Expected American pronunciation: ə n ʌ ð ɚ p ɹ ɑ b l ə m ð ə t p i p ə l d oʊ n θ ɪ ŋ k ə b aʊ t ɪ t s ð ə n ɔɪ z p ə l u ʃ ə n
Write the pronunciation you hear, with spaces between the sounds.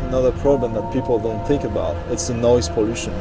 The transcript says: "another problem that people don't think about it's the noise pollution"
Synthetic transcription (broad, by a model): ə n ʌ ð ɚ p ɹ ɑ b l ə m ð ə t p i p l d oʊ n θ ɪ ŋ k ə b aʊ t ɪ t s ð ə n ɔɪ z p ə l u ʃ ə n